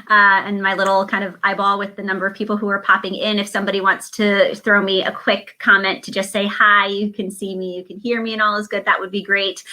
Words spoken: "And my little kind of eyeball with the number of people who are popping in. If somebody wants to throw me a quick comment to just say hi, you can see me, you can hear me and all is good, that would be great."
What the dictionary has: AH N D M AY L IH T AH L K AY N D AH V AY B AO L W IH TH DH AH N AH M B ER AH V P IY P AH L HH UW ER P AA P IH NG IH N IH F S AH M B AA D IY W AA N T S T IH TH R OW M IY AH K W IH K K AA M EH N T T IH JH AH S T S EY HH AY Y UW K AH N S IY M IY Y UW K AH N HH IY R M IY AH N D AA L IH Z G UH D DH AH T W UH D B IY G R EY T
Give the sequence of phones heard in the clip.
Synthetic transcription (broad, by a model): AH N M AY L IH T L K AY N D AH V AY B AO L W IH DH AH N AH M B ER AH V P IY P L HH UW ER P AA P IH NG IH N IH F S AH M B AA D IY W AA N T S T IH TH R OW M IY AH K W IH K K AA M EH N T T IH JH AH S T S EY HH AY Y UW K AH N S IY M IY Y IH K AH N HH IY R M IY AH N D AA L IH Z G UH D DH AH T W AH D B IY G R EY T